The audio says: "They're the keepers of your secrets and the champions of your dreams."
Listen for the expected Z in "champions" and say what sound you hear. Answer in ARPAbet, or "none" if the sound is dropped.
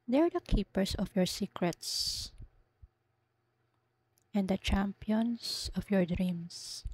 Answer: S